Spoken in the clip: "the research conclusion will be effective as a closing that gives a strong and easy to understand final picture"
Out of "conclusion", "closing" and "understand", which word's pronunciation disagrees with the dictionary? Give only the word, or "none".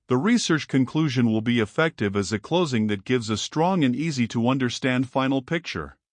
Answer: none